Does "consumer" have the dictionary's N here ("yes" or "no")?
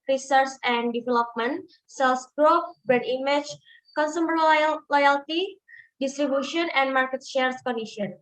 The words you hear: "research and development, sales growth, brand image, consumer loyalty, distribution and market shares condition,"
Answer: yes